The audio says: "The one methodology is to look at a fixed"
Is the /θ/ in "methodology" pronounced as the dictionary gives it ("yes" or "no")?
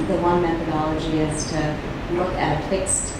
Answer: yes